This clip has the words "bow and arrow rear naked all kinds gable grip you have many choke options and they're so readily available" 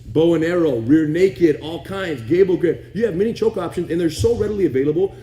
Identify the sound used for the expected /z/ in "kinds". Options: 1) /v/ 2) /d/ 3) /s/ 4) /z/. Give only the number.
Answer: 4